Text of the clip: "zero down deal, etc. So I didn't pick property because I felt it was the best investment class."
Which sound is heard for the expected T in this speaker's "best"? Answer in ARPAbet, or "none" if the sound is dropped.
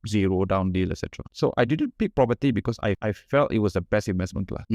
none